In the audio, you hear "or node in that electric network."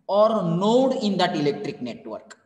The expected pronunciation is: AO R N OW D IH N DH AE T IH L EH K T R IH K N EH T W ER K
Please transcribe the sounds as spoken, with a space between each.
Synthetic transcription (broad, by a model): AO R N OW D IH N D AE T IH L EH K T R IH K N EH T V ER K